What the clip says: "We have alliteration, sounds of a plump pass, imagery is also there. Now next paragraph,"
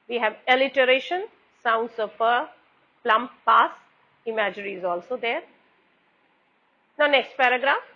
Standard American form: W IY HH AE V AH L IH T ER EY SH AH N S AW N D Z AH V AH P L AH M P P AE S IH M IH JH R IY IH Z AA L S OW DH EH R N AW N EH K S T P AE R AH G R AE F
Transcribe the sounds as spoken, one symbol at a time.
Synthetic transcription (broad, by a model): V IY HH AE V AH L IH T ER EY SH AH N S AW N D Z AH P AH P L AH M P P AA S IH M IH JH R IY IH Z AA L S OW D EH R N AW N EH K S T P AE R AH G R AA F